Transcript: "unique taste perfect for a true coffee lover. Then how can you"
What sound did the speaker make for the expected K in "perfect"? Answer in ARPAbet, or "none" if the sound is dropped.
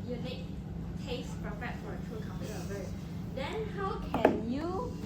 none